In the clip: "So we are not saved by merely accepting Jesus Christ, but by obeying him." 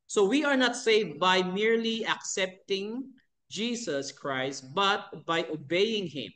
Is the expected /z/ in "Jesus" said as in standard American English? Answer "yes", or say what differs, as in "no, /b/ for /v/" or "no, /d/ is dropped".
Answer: no, /s/ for /z/